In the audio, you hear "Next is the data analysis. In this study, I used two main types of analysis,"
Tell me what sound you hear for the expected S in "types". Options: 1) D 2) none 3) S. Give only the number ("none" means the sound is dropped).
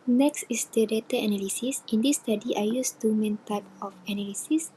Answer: 2